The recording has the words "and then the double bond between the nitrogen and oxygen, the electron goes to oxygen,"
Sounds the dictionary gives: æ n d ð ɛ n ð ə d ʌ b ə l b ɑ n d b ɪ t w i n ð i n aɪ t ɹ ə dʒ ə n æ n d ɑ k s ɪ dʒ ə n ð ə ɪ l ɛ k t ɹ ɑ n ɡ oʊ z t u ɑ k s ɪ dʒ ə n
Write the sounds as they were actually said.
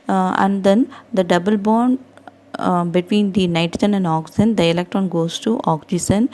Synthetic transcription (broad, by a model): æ n d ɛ n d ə d ʌ b ə l b ɑ n d b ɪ t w i n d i n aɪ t ə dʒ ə n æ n d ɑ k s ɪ z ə n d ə ɪ l ɛ k t ɹ ɑ n ɡ oʊ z t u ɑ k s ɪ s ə n